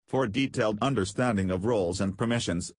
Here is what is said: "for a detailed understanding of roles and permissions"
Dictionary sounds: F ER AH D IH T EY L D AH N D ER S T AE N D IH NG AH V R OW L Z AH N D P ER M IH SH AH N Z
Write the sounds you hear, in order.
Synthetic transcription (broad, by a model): F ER D IH T EY L D AH N D ER S T AE N D IH NG AH V R OW L Z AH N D P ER M IH SH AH N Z